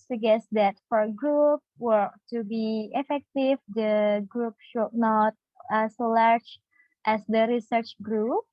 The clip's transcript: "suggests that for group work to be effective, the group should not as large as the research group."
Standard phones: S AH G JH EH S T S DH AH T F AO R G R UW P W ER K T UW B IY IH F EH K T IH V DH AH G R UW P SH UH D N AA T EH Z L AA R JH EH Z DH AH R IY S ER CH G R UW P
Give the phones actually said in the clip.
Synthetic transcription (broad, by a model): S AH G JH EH S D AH T F AO R G R UW P W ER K T UW B IY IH F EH K T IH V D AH G R UW P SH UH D N AA T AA S L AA R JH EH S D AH R IY S ER CH G R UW P